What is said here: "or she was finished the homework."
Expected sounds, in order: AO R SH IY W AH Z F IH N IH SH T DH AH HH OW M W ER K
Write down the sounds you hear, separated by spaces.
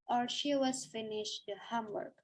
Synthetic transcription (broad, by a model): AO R SH IY W AH Z F IH N IH SH T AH HH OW M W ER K